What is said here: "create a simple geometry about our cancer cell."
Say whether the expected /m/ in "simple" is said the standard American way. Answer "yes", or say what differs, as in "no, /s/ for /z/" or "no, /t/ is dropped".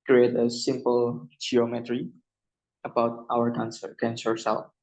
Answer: yes